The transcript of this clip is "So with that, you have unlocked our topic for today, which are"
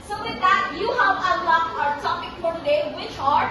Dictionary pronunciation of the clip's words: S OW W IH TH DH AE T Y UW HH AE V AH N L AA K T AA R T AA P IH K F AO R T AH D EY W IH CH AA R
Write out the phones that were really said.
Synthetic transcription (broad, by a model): S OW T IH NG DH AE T Y UW HH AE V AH L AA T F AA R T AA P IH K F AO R T AH D EY W IH CH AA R